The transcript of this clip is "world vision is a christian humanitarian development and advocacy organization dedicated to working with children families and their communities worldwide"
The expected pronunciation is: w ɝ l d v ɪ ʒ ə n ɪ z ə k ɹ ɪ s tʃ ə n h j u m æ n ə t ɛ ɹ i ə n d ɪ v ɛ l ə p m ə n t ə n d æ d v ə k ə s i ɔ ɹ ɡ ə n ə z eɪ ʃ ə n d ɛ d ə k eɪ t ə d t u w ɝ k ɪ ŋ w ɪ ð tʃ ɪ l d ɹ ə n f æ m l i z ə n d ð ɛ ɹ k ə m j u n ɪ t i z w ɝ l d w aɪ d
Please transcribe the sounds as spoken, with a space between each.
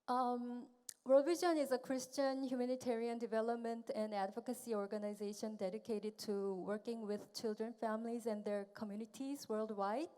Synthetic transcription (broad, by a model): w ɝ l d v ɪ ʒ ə n ɪ z ə k ɹ ɪ s tʃ ə n h j u m æ n ə t ɛ ɹ i ə n d ɪ v ɛ l ə p m ə n t ə n d æ d v ə k ə s i ɔ ɹ ɡ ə n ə z eɪ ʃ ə n d ɛ d ə k eɪ t ə d t u w ɝ k ɪ ŋ w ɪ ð tʃ ɪ l d ɹ ə n f æ m l i z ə n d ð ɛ ɹ k ə m j u n ɪ t i z w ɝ l d w aɪ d